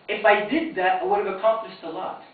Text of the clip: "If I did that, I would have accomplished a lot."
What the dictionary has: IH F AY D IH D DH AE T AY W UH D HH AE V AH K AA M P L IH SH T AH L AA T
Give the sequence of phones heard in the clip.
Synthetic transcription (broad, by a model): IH F AY D IH D DH AE T AY W UH D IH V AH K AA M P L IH S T AH L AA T